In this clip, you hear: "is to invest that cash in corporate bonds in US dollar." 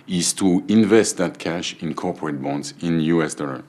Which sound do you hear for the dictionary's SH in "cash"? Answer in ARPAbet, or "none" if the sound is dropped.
SH